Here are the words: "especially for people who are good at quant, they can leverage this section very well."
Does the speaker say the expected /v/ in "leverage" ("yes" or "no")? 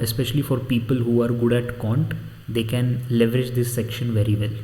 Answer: yes